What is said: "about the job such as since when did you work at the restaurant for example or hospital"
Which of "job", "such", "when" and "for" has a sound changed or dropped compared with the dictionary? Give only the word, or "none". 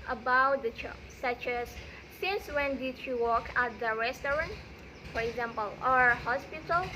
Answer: job